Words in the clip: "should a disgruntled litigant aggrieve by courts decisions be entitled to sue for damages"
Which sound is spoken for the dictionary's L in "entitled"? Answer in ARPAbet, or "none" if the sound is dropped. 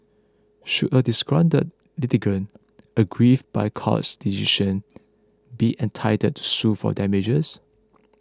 none